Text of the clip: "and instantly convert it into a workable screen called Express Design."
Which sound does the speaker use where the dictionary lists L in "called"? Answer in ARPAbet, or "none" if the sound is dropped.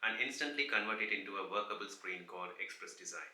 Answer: none